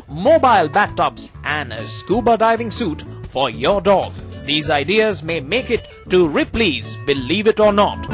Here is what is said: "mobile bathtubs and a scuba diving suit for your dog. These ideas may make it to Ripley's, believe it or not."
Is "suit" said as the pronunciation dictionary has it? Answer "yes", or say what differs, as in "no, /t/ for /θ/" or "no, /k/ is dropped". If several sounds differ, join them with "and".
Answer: yes